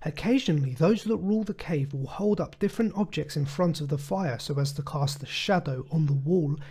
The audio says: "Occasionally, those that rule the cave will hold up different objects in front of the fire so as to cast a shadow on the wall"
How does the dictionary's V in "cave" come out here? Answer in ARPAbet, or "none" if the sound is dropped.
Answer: V